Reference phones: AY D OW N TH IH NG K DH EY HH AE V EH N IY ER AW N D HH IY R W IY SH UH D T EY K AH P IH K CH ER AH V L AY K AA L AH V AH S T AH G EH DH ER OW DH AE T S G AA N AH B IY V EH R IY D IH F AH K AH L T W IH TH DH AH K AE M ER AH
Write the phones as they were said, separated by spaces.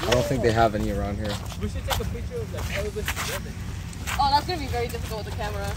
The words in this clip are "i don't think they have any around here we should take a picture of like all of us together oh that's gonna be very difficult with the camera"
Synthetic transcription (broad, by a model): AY D OW N TH IH NG K DH EY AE V EH N IY ER AW N D HH IY R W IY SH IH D T EY K AH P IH CH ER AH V L AY K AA W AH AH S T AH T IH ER OW DH AE T S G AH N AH B IY V EH R IY D IH F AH K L T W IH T DH AH K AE M ER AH